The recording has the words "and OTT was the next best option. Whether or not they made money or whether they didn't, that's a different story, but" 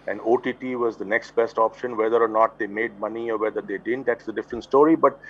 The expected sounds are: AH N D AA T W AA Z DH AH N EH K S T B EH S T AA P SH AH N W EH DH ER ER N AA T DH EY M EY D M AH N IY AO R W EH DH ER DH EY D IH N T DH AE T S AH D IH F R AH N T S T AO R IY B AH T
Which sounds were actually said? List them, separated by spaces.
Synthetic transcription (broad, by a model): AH N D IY T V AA Z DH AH N EH K S T B EH S T AA P SH AH N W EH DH ER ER N AA T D EY M EY D M AH N IY AO R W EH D ER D EY D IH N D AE T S AH D IH F R AH N T S T AO R IY B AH T